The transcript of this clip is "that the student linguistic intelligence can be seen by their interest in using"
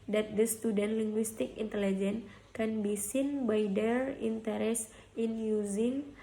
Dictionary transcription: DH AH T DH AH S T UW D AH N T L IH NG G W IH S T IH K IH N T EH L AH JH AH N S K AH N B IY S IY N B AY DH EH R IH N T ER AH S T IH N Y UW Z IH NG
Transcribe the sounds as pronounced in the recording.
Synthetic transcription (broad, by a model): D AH T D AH S T UW D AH N L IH NG G W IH S T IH K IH N T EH L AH JH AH N K AH N B IY S IY N B AY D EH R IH N T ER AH S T IH N Y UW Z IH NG